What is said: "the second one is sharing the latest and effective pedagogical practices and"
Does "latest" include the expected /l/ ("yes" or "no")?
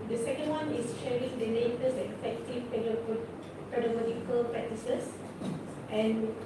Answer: no